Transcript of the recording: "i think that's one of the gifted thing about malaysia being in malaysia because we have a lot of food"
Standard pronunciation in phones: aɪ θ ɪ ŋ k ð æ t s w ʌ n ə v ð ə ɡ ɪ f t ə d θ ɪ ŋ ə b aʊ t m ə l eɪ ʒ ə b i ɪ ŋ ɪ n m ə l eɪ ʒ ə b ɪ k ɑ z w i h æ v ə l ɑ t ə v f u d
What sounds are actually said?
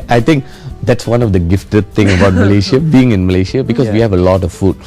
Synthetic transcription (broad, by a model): aɪ t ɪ ŋ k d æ t s w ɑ n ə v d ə ɡ ɪ f t ə d t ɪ ŋ ə b aʊ t m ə l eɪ ʃ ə b i ɪ ŋ ɪ n m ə l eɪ ʃ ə b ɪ k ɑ s w i h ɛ v ə l ɑ t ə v f u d